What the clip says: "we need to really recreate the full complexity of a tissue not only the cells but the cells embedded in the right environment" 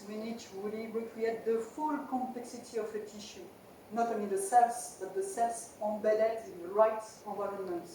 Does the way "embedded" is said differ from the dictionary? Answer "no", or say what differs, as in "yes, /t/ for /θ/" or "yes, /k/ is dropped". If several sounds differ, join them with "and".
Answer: yes, /m/ is dropped